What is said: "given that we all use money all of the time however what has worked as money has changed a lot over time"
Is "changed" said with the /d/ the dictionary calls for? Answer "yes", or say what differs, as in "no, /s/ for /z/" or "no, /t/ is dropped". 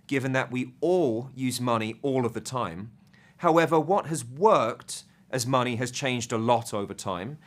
yes